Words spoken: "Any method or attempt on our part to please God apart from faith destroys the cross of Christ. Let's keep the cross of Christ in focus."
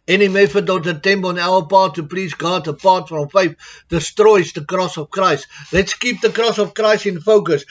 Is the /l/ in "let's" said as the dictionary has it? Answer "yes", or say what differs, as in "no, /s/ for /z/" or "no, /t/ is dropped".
yes